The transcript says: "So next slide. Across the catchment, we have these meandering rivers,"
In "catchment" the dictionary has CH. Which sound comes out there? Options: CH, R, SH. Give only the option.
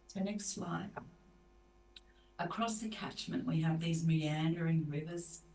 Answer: CH